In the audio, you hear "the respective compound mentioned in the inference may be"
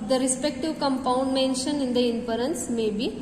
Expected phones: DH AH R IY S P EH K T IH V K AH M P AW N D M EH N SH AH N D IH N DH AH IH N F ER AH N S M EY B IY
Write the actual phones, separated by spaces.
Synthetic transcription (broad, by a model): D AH R IY S P EH K T IH V K AH M P AW N D M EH N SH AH N IH N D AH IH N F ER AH N S M EY B IY